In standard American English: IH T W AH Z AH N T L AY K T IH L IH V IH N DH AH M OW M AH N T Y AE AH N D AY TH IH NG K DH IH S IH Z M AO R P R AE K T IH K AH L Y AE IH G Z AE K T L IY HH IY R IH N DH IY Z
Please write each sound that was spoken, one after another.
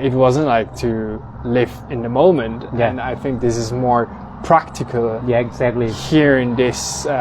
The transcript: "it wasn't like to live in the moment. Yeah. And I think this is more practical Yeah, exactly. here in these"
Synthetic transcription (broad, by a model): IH T W AH Z AH N T L AY K T IH L IH V IH N DH AH M OW M AH N T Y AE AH N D AY TH IH NG K DH IH S IH Z M AO R P R AE K T IH K AH L Y AE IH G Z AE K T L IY HH IY R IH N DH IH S